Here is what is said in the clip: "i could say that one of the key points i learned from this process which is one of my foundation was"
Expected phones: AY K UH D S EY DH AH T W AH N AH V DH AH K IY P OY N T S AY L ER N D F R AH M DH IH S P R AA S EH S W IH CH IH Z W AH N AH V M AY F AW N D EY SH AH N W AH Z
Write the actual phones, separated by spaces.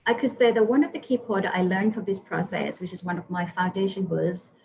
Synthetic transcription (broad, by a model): AY K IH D S EY DH AH T W AH N AH V DH AH K IY P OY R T AY L ER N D F R AH M DH IH S P R AA S EH S W IH CH IH Z W AH N AH V M AY F AW N D EY SH AH N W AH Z